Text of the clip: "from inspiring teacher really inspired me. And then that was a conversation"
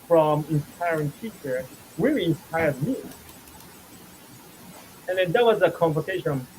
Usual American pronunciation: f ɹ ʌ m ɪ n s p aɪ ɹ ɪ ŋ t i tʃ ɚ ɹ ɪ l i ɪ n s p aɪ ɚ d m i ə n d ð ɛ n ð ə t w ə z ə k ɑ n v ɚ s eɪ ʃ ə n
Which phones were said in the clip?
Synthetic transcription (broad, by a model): f ɹ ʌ m ɪ n s p aɪ ɹ ɪ ŋ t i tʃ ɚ w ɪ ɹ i ɪ n s p aɪ ɚ d m i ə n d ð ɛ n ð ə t w ə z ə k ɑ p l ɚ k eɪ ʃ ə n